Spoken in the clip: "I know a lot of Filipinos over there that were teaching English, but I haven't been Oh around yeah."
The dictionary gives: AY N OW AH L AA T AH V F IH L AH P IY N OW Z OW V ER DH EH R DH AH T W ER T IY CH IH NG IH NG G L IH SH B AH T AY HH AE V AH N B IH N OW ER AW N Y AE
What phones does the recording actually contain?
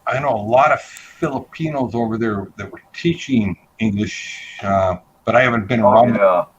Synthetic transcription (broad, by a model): AY N OW AH L AA T AH V F IH L AH P IY N OW Z OW V ER DH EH R DH AH T W ER T IY CH IH NG IH NG G L IH SH B AH T AY HH AE V AH N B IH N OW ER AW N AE